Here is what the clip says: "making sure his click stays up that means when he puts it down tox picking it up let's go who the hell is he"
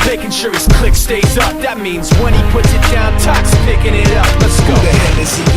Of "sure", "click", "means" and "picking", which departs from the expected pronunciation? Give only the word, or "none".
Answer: none